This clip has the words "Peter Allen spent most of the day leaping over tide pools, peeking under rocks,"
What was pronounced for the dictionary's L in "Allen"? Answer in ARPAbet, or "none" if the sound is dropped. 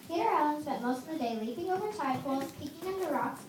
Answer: none